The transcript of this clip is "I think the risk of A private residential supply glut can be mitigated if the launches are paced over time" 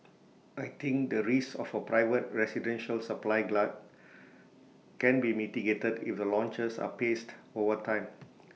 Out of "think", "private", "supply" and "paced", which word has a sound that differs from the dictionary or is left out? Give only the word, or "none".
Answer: think